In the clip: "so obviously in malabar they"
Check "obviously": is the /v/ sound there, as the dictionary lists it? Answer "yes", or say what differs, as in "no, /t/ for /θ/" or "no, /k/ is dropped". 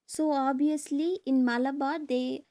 no, /v/ is dropped